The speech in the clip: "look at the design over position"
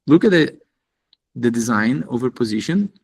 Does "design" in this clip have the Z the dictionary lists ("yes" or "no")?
yes